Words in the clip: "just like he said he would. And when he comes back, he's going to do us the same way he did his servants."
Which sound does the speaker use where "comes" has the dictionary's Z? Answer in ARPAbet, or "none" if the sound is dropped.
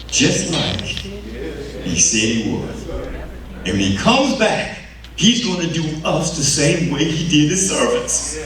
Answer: Z